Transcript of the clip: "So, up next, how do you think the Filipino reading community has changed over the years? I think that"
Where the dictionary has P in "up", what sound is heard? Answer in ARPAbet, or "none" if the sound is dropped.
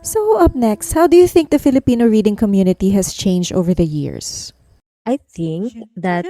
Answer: P